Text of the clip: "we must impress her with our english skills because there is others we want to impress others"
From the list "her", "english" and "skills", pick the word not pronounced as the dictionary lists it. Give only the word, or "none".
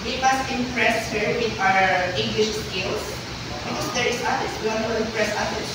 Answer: skills